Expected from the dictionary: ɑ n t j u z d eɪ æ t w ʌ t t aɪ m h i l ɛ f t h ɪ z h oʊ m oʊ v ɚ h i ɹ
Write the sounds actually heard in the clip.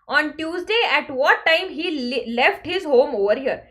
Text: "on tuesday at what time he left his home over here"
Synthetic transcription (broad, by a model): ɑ n t j u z d eɪ æ t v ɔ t t aɪ m h i l ɛ f t h ɪ z h oʊ m oʊ v ɚ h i ɹ